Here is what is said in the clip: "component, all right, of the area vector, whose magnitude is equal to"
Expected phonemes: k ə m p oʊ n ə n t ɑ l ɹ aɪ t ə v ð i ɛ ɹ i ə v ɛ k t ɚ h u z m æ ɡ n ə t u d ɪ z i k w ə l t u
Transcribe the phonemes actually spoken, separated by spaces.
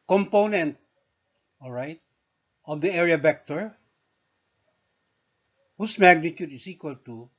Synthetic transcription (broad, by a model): k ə m p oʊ n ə n t ɑ l ɹ aɪ t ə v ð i ɛ ɹ i ə b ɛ k t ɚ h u s m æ ɡ n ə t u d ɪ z i k w ə l t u